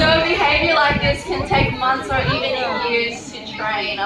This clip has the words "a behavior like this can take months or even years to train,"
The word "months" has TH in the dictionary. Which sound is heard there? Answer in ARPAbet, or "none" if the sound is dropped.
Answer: TH